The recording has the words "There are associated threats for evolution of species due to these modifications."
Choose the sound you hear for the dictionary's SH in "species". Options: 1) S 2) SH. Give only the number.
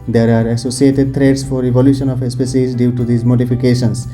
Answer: 1